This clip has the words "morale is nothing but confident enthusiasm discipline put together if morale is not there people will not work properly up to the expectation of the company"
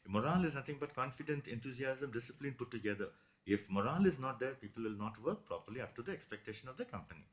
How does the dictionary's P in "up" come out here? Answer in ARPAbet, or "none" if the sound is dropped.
F